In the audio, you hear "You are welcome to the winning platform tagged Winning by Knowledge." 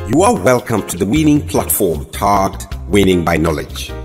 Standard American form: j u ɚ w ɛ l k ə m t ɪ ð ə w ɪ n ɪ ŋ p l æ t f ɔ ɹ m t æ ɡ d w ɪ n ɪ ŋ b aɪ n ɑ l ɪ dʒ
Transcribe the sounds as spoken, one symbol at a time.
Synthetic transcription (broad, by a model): j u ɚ w ɛ l k ə m t ɪ ð ə w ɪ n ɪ ŋ p l æ t f ɔ ɹ m t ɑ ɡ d w ɪ n ɪ ŋ b aɪ n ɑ l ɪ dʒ